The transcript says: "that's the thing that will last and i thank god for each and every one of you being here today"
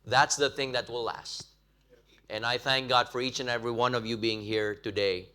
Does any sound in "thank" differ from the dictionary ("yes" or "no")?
no